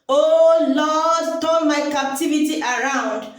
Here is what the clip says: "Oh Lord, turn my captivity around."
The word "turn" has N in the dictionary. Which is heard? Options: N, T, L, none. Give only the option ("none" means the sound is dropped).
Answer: L